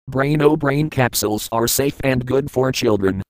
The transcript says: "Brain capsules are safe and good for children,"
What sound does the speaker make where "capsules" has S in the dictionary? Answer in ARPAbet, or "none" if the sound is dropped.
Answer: S